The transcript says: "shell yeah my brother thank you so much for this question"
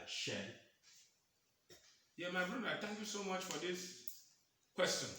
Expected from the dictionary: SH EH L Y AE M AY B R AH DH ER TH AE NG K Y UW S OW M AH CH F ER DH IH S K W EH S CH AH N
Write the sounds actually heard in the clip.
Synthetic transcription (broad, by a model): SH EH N Y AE M AY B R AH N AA T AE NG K Y UW S OW M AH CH F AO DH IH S K W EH S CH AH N